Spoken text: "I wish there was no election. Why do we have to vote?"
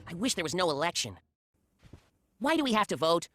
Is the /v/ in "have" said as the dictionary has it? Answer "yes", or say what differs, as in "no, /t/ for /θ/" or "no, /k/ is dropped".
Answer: no, /f/ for /v/